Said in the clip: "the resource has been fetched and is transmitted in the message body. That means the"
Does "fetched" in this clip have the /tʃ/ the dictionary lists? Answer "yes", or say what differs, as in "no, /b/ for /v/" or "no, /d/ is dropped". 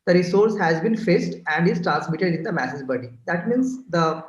no, /s/ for /tʃ/